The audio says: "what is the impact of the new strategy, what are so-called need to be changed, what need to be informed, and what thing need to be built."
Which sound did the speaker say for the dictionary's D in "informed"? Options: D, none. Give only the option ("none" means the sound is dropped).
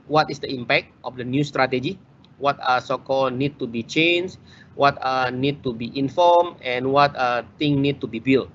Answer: none